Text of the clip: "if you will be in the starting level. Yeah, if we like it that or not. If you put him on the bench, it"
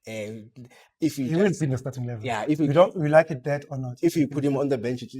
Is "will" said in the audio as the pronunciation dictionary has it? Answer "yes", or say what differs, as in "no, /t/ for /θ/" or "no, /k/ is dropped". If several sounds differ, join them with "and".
no, /n/ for /l/